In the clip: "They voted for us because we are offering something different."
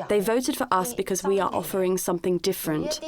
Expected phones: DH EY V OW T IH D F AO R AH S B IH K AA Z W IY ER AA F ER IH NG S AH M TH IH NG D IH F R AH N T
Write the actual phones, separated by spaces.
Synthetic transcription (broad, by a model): DH EY V OW T IH D F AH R AH S B IH K AA Z W IY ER AA F ER IH NG S AH M TH IH NG D IH F R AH N T